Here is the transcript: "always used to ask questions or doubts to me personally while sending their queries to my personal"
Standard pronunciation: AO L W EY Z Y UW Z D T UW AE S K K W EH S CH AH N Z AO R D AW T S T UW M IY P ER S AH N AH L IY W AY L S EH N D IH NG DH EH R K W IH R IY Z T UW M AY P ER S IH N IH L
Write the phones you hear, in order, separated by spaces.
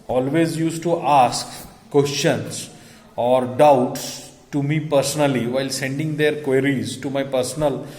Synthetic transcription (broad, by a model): AO L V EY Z Y UW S T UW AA S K K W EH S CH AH N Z AO R D AW T S T UW M IY P ER S AH N AH L IY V AY L S EH N D IH NG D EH R K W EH R IY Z T UW M AY P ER S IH N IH L